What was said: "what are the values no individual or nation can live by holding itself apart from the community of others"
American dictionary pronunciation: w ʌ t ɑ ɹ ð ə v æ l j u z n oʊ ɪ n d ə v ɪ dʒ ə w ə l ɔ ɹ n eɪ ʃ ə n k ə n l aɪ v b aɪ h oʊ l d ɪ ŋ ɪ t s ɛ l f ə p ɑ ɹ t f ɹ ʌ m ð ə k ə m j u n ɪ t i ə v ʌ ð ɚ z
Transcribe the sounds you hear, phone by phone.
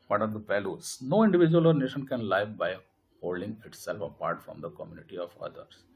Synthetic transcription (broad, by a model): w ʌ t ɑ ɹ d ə p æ l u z n oʊ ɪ n d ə v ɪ dʒ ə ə l ɔ ɹ n eɪ ʃ ə n k ə n l aɪ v b aɪ h oʊ l d ɪ ŋ ɪ t s ɛ l f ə p ɑ ɹ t f ɹ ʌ m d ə k ə m j u n ɪ t i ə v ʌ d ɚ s